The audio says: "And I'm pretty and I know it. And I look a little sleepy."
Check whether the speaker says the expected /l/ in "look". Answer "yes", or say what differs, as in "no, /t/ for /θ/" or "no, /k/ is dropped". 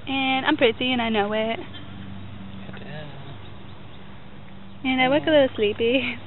no, /w/ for /l/